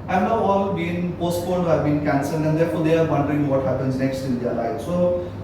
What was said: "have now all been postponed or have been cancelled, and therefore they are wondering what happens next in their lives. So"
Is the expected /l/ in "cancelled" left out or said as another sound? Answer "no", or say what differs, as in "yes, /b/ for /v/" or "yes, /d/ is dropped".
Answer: yes, /l/ is dropped